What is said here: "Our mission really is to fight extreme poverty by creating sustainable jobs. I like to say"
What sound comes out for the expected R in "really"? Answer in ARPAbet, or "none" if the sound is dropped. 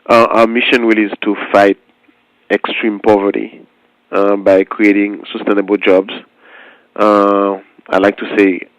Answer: W